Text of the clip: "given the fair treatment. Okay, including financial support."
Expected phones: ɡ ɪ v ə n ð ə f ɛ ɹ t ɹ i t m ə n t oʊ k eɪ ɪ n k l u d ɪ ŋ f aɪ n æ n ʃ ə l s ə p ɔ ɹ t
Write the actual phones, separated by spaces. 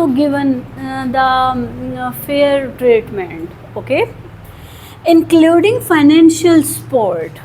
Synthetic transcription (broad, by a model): ɡ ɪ v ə n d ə f ɛ ɹ t ɹ i t m ə n t oʊ k eɪ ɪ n k l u d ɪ ŋ f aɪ n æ n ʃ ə l s p ɔ ɹ t